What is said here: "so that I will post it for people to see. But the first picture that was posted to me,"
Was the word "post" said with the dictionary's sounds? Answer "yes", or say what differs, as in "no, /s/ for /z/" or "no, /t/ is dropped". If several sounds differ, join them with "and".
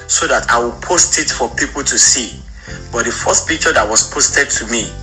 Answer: yes